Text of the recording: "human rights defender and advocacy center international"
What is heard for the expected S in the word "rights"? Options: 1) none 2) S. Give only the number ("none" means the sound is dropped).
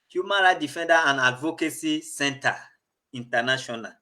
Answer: 1